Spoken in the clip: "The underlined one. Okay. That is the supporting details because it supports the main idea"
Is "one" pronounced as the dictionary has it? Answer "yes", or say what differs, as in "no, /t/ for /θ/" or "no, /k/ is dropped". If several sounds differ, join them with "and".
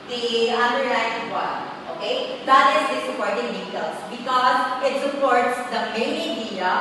no, /n/ is dropped